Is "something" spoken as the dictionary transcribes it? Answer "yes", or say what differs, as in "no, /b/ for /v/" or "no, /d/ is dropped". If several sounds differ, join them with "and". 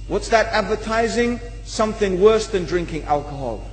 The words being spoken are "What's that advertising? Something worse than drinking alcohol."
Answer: yes